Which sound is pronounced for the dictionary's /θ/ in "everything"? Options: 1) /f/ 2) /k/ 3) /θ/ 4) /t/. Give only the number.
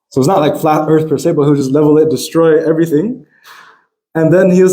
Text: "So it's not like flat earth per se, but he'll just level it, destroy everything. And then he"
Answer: 3